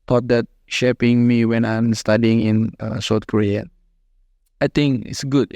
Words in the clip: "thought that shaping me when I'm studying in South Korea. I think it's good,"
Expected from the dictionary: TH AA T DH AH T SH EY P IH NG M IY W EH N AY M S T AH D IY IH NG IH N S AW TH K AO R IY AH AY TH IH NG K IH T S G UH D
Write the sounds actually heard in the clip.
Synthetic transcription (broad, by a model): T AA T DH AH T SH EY P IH NG M IY W EH N AY M S T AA D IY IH NG IH N S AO T K AO R IY AH AY T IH NG K IH T S G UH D